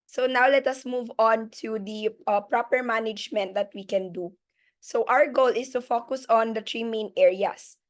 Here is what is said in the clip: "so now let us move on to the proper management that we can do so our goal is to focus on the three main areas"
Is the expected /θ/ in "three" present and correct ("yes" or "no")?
no